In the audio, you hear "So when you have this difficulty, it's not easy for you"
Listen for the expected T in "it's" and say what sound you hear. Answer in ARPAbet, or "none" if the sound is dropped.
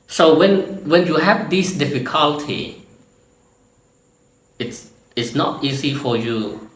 T